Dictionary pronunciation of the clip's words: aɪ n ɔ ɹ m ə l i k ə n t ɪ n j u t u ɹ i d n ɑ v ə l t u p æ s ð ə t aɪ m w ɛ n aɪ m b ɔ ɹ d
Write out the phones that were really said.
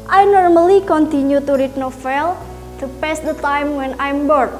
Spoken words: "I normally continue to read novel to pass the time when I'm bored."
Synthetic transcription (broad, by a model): aɪ n ɔ ɹ m ə l i k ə n t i n j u t u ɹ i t n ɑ f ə l t u p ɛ s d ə t aɪ m w ɛ n aɪ m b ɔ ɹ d